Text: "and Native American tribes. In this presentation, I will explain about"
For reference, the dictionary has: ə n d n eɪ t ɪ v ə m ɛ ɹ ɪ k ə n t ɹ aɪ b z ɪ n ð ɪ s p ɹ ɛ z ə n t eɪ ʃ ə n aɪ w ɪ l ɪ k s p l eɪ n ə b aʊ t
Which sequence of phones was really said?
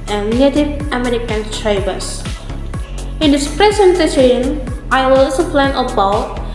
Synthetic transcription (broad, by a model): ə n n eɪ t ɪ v ə m ɛ ɹ ɪ k ə n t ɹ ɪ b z ɪ n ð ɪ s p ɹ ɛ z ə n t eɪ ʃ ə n aɪ w ɪ l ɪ s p l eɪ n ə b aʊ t